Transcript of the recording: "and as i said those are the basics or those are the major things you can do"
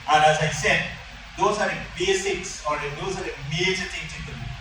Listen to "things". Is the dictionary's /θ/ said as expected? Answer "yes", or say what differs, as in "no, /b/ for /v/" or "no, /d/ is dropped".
no, /t/ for /θ/